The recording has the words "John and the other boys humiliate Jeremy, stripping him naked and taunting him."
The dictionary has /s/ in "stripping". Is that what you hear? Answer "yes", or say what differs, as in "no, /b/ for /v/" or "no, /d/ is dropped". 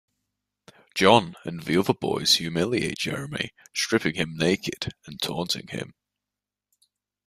no, /ʃ/ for /s/